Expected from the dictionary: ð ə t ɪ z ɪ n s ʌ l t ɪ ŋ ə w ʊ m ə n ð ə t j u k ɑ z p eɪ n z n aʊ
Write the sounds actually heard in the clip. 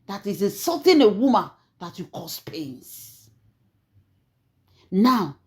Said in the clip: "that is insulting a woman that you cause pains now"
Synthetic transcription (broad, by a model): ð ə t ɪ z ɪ s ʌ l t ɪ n ə w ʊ m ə n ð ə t j u k ɑ s p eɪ n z n aʊ